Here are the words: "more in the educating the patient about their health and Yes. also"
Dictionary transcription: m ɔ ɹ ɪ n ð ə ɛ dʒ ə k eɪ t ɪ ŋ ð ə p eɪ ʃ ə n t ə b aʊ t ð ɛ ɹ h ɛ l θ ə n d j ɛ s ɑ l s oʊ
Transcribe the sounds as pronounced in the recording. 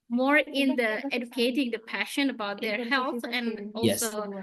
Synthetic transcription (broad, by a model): m ɔ ɹ ɪ n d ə ɛ dʒ ə k eɪ t ɪ ŋ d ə p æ ʃ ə n ə b aʊ t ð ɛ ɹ h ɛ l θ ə n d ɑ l s oʊ